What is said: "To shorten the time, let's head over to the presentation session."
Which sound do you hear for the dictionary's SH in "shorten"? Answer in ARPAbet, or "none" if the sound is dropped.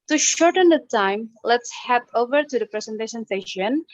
SH